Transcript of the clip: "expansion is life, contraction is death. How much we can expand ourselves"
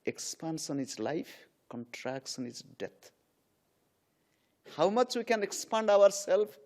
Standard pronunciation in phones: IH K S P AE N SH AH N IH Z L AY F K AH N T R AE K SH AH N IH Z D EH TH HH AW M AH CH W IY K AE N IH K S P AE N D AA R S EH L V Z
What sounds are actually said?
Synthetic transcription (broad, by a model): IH K S P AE N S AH N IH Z L AY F K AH N T R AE K S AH N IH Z D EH T HH AW M AH CH W IY K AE N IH K S P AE N D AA R S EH L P